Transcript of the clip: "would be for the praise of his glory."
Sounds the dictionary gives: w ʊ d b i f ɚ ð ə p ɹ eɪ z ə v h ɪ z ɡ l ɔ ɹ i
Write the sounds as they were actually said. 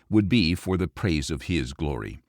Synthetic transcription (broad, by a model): w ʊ d b i f ɚ ð ə p ɹ eɪ z ə v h ɪ z ɡ l ɔ ɹ i